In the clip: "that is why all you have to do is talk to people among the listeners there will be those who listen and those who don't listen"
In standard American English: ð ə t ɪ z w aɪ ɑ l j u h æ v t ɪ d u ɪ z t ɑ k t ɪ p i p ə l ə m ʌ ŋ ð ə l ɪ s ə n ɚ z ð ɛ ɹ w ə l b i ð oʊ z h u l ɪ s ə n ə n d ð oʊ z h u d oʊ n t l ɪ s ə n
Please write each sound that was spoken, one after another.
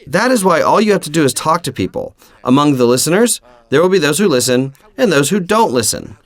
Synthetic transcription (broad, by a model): ð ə t ɪ z w aɪ ɑ l j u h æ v t ɪ d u ɪ z t ɑ k t ɪ p i p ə l ə m ʌ ŋ ð ə l ɪ s ə n ɚ z ð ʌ ɹ w ə l b i ð oʊ z h u l ɪ s ə n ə n ð oʊ z h u d oʊ n t l ɪ s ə n